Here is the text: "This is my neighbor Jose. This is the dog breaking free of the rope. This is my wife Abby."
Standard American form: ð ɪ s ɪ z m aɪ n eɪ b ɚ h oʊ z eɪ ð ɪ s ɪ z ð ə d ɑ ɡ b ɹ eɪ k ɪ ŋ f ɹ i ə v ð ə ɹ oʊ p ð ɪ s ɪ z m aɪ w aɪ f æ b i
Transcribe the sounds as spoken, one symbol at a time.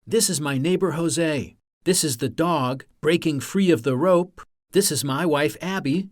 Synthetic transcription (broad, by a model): ð ɪ s ɪ z m aɪ n eɪ b ɚ h oʊ z eɪ ð ɪ s ɪ z ð ə d ɑ ɡ b ɹ eɪ k ɪ ŋ f ɹ i ə v ð ə ɹ oʊ p ð ɪ s ɪ z m aɪ w aɪ f æ b i